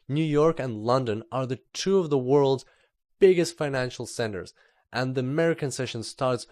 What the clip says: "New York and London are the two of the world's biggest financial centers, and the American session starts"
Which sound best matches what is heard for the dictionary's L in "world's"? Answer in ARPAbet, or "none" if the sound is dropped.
L